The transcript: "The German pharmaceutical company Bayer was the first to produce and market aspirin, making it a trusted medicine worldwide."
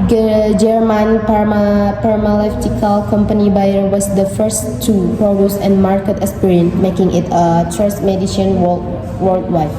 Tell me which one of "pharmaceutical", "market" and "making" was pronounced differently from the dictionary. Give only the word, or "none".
pharmaceutical